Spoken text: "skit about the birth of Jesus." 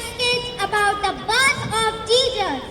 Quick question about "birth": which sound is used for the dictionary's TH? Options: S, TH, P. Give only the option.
S